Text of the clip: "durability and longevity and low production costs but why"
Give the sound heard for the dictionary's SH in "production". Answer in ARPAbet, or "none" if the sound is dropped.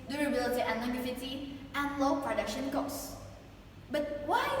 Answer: SH